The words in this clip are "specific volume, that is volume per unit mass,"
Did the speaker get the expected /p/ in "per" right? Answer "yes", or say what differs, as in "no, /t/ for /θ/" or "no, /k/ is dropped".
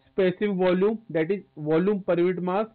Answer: yes